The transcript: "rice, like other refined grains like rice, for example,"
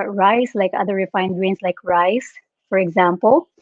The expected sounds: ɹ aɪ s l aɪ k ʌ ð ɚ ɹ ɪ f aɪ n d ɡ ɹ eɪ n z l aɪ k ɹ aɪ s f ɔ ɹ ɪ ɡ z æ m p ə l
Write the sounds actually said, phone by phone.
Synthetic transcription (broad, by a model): ɹ aɪ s l aɪ k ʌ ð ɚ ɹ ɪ f aɪ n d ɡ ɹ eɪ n s l aɪ k ɹ aɪ s f ɔ ɹ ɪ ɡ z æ m p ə l